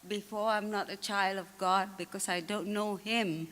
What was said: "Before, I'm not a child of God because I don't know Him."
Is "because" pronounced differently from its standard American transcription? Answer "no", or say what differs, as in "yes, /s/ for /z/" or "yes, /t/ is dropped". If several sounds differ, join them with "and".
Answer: yes, /s/ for /z/